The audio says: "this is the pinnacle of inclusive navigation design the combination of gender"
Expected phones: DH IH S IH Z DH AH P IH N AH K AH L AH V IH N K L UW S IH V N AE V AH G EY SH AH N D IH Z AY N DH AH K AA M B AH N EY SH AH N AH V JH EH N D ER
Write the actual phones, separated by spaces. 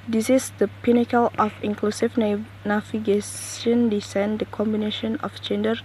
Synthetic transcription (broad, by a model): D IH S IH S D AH P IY N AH K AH L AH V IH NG K L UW S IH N N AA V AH G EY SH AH N D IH S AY N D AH K AA M B AH N EY SH AH N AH F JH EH N D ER